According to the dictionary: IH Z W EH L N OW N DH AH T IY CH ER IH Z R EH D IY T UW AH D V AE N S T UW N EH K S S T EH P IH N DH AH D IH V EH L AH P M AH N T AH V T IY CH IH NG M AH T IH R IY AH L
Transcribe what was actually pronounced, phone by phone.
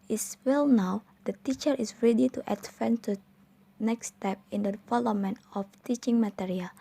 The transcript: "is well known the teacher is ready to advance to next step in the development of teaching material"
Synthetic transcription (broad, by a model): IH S W EH L N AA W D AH T IY CH ER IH S R EH D IY T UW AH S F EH N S T UW N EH K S S T EH P IH N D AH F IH L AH M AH N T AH F T IY CH IH NG M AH T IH R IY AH L